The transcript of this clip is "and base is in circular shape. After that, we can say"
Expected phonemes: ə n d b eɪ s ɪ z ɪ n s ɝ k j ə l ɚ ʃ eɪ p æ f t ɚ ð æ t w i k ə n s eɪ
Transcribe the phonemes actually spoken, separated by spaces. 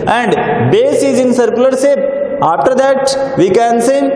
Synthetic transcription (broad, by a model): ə n d b eɪ s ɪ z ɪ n s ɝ k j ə l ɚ s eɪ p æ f t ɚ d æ t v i k ə n s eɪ